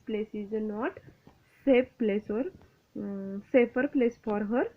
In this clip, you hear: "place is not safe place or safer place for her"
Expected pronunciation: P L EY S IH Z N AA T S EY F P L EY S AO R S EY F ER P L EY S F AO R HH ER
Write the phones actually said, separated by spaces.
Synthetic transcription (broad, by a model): P L EY S IH Z N AA T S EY P P L EY S AO R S EY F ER P L EY S F AO R HH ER